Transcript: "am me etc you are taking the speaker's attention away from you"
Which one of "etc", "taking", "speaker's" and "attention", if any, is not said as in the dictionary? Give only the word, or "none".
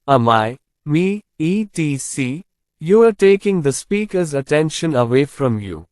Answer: etc